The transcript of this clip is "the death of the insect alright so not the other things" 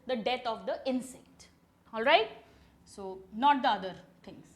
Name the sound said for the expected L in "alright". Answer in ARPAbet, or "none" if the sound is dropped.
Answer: L